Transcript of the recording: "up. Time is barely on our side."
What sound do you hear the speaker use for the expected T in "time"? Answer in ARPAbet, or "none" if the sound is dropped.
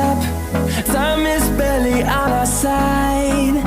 S